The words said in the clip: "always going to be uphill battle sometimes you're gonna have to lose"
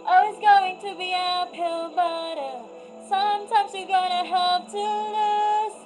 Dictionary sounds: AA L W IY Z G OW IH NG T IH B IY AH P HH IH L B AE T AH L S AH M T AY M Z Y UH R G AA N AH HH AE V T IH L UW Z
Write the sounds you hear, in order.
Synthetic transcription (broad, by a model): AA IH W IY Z G OW IH NG T IH B IY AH P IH L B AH T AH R S AH M T AY M Z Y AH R G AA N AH HH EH P T IH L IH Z